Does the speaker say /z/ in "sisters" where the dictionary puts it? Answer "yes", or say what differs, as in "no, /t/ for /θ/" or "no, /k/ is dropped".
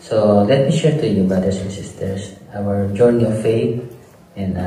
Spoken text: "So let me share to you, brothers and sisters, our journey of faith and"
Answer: no, /s/ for /z/